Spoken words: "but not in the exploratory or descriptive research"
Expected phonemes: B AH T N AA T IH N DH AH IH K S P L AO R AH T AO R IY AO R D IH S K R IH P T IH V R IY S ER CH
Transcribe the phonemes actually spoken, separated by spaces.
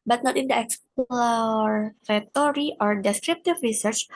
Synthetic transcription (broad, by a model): B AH T N AA T IH N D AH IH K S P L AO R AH T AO R IY AO R D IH S K R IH P T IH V R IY S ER CH